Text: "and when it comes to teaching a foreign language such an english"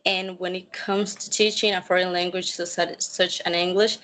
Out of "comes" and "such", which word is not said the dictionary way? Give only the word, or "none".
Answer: none